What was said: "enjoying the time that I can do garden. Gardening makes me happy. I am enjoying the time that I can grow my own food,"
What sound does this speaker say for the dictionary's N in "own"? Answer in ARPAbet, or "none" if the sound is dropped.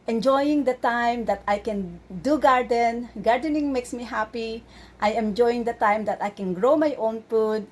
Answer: N